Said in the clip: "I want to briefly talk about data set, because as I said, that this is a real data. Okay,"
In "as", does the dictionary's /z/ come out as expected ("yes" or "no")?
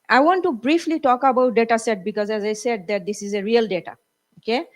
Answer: yes